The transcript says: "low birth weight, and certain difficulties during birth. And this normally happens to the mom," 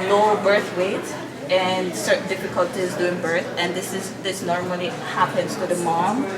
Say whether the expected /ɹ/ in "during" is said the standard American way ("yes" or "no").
no